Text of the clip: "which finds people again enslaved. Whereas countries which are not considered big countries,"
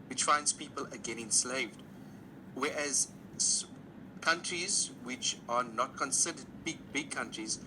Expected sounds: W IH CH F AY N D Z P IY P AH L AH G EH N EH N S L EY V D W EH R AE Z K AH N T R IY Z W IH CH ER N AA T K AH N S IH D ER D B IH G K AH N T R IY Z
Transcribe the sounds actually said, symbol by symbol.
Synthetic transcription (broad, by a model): W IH CH F AY N D Z P IY P AH L AH G EH N EH N S L EY V D W EH R AE Z K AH N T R IY Z W IH CH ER N AA T K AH N S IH D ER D B IH G K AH N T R IY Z